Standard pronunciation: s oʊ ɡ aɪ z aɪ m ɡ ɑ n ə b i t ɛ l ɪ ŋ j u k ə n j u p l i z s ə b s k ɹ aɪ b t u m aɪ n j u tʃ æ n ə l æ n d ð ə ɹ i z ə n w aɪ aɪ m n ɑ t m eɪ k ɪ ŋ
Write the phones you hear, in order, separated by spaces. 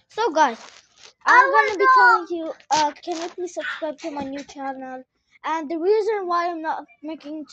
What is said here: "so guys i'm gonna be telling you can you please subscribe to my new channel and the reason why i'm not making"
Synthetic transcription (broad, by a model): s oʊ ɡ aɪ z aɪ m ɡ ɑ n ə b i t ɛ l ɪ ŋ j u k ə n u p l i s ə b s k ɹ aɪ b t u m aɪ n j u tʃ æ n ə l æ n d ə ɹ i z ə n w aɪ aɪ m n ɑ t m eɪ k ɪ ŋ